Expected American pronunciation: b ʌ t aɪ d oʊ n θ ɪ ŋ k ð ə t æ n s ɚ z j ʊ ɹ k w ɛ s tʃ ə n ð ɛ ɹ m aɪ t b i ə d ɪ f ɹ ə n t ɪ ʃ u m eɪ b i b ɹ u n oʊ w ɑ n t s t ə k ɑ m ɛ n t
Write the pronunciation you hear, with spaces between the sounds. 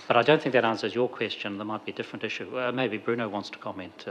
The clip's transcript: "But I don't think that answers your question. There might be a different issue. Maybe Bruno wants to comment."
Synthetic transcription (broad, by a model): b ʌ t aɪ d oʊ n θ ɪ ŋ k ð ə t æ n s ɚ z j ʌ ɹ k w ɛ s tʃ ə n ð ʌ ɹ m aɪ t b i ə d ɪ f ɹ ə n t ɪ ʃ u m eɪ b i b ɹ u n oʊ w ɑ n t s t ə k ɑ m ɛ n t